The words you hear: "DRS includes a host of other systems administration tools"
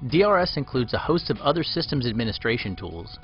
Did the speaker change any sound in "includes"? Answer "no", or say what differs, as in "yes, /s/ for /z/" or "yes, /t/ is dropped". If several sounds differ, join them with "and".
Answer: no